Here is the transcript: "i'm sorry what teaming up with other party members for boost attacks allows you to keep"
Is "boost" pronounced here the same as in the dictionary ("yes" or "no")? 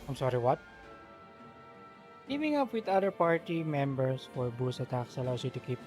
no